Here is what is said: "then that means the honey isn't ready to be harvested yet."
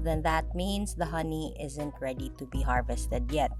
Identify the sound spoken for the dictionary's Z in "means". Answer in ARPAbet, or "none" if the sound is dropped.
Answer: S